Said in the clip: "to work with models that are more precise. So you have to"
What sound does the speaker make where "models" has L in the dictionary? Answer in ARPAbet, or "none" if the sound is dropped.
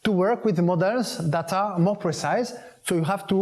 N